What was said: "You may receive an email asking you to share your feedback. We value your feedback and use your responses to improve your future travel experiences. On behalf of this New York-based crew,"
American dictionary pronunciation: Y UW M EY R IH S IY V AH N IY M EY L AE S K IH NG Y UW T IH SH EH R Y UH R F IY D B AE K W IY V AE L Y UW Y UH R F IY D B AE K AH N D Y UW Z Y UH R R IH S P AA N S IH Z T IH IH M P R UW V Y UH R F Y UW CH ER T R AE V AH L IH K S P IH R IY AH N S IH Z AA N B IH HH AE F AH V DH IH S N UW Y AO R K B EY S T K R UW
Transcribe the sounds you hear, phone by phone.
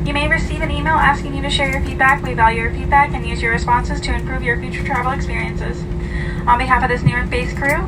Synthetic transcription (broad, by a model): Y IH M EY R IH S IY V AH N IY M EY L AE S K IH NG Y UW T IH SH EH R Y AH R F IY D B AE K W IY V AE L Y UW R F IY D B AE K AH N Y UW Z Y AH R R IH S P AA N S IH Z T IH IH M P R UW V Y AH R F Y UW CH ER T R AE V L IH K S P IH R IY AH N S IH Z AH N B IH HH AE F AH V DH IH S N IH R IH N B EY S K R UW